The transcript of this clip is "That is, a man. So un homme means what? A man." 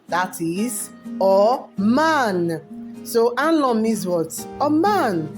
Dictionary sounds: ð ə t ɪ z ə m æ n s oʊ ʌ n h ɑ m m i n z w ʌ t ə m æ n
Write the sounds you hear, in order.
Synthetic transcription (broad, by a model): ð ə t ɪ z ə m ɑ n s oʊ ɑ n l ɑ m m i z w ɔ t ə m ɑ n